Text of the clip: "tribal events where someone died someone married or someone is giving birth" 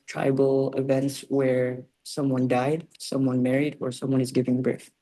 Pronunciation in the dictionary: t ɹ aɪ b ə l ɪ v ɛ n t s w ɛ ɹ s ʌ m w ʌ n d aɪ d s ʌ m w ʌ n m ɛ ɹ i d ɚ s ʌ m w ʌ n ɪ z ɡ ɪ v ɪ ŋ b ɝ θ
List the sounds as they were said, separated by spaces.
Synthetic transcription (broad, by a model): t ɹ aɪ b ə l ɪ v ɛ n t s w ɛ ɹ s ʌ m w ʌ n d aɪ d s ʌ m w ʌ n m ɛ ɹ i d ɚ s ʌ m w ʌ n ɪ z ɡ ɪ v ɪ ŋ b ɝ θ